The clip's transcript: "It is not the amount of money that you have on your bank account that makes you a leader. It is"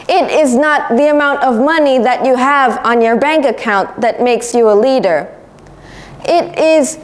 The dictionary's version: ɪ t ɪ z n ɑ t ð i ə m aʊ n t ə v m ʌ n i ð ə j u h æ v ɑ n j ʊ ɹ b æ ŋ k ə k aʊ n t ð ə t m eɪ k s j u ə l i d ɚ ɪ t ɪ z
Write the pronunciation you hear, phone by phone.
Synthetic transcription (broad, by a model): ɪ t ɪ z n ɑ t ð i ə m aʊ n t ə v m ʌ n i ð ə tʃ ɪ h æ v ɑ n j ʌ ɹ b æ ŋ k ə k aʊ n ð ə t m eɪ k s j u ə l i d ɚ ɪ t ɪ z